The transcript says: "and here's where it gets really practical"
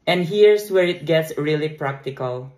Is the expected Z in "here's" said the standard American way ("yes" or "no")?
no